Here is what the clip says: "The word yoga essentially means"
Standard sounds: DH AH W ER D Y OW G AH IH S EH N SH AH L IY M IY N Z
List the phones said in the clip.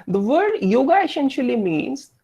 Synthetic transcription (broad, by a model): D AH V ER D Y OW G AH IH S EH N SH AH L IY M IY N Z